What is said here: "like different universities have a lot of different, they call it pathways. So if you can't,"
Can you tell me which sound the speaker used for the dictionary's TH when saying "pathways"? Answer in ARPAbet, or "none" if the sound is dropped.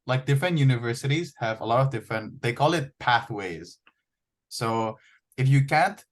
TH